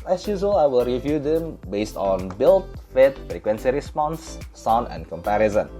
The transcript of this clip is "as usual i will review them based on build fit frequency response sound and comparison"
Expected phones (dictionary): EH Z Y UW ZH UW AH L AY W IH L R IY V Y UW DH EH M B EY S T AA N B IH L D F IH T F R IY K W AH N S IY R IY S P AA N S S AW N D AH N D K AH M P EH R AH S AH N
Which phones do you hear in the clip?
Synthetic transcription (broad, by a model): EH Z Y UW Z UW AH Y W IH L R IY V Y UW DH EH M B EY S T AA N B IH L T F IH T F R IY K W AH N S IY R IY S P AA N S S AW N AH N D K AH M P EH R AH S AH N